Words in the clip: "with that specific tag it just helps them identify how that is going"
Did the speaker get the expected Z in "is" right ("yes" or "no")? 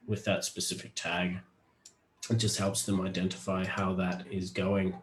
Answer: yes